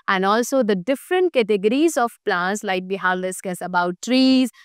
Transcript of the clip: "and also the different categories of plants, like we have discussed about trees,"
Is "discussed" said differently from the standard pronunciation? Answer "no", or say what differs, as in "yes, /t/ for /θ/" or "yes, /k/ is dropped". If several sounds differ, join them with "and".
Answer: yes, /t/ is dropped